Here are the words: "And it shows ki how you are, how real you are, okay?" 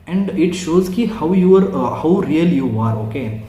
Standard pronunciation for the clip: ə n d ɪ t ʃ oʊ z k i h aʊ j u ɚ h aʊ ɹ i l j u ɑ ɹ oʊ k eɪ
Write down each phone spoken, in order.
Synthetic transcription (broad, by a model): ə n d ɪ t ʃ oʊ z k i h aʊ j u ɚ h aʊ ɹ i l j u ɑ ɹ oʊ k eɪ